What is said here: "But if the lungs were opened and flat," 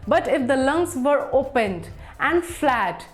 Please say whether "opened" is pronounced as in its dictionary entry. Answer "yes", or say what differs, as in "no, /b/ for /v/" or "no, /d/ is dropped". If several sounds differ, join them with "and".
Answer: yes